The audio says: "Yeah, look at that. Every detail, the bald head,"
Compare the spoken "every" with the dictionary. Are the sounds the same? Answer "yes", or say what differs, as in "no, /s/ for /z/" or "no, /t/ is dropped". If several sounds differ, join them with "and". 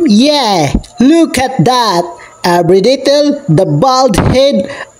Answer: no, /b/ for /v/